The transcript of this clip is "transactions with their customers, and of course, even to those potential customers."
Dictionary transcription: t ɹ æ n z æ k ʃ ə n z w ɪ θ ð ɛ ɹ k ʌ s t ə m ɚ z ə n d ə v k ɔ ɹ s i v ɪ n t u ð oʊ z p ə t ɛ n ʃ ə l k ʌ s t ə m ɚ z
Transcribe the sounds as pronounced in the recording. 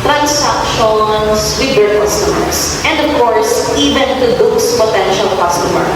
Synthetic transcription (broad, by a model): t ɹ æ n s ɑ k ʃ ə n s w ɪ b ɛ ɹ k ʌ s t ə m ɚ s ə n d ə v k ɔ ɹ s i v ɪ n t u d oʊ s p ə t ɛ n ʃ ə l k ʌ s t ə m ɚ